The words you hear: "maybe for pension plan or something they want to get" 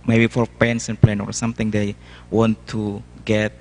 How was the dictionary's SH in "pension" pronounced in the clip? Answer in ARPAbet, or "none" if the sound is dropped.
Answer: S